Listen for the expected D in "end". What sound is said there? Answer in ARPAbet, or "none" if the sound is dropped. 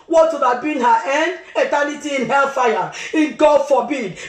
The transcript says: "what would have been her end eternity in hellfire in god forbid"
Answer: D